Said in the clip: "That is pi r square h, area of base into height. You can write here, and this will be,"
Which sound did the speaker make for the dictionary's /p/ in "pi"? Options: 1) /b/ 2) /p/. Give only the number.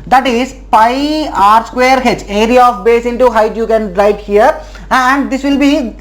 2